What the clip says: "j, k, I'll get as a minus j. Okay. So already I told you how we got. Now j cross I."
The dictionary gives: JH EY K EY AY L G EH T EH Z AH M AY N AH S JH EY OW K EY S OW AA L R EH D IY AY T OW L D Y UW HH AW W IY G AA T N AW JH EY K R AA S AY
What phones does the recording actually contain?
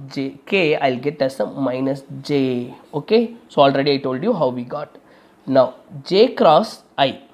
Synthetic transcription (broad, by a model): JH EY K EY AY L G EH T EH S AH M AY N AH S JH EY OW K EY S OW AA L R EH D IY AY T OW L D Y UW HH AW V IY G AA T N AW JH EY K R AA S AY